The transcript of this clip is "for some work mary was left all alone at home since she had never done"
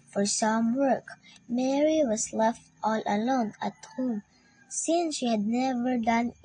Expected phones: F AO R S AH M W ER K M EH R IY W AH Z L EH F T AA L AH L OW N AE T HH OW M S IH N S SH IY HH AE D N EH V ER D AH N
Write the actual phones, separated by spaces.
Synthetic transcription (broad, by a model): F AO R S AH M W ER K M EH R IY W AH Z L EH F T AA L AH L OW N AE T HH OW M S IH N S SH IY HH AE D N EH V ER D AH N